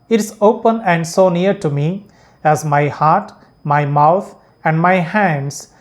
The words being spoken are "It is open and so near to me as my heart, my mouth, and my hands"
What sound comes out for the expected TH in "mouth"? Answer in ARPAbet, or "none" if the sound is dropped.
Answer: T